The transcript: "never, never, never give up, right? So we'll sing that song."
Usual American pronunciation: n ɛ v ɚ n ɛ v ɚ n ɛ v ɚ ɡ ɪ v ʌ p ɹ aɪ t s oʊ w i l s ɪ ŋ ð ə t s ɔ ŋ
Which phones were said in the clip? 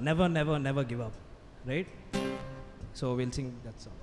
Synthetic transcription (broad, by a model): n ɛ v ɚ n ɛ v ɚ n ɛ v ɚ ɡ ɪ v ʌ p ɹ aɪ t s oʊ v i l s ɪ ŋ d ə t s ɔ